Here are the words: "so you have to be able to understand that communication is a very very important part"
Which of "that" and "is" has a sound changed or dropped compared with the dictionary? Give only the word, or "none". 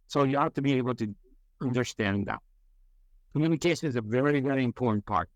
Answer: none